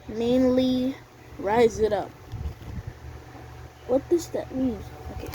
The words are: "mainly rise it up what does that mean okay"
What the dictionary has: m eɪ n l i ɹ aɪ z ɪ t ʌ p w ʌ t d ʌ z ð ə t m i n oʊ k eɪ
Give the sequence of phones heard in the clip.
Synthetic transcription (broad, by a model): m eɪ n l i ɹ aɪ z ɪ t ʌ p w ʌ t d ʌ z ð ə t m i n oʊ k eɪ